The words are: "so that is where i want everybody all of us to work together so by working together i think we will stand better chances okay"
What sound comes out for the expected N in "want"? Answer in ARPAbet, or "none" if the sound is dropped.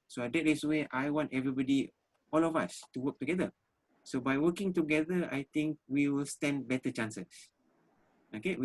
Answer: N